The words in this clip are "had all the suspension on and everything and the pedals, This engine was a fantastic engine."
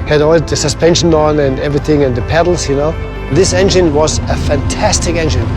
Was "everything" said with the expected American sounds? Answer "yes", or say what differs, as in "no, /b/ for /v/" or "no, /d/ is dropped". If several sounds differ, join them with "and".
yes